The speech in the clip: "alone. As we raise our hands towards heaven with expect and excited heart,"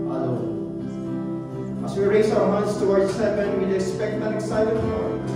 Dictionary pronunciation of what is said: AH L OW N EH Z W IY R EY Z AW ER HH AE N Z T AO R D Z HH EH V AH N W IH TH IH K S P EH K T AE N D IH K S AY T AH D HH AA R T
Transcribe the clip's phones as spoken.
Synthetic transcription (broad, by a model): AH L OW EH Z W IY R EY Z AW ER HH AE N S T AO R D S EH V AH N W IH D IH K S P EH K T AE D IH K S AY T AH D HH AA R